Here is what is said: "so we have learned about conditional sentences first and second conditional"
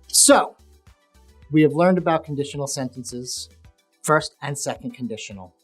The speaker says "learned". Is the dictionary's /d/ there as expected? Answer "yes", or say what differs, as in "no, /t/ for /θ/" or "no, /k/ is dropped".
yes